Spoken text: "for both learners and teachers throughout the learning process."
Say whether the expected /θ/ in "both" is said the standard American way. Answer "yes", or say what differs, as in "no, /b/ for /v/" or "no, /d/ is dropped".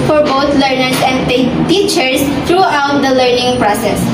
no, /t/ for /θ/